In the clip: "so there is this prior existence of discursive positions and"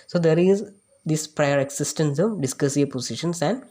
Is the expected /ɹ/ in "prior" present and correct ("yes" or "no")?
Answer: yes